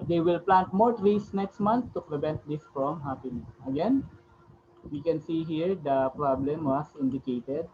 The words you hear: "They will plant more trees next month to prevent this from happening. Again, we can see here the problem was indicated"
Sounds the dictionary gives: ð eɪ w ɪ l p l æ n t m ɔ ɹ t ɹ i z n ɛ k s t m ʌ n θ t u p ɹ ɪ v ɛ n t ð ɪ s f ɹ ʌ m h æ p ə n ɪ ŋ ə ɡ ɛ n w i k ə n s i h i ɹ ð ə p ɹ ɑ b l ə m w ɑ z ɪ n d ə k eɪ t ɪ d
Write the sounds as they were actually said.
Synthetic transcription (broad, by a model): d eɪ w ɪ l p l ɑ n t m ɔ ɹ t ɹ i s n ɛ k s t m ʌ n t t u p ɹ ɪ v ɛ n t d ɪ s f ɹ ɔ m h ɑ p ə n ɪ ə ɡ ɛ n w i k ə n s i h i ɹ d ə p ɹ ɑ b l ə m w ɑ s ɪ n d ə k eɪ t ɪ d